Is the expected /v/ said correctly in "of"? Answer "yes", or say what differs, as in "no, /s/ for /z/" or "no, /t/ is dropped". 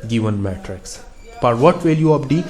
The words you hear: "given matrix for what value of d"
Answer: no, /p/ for /v/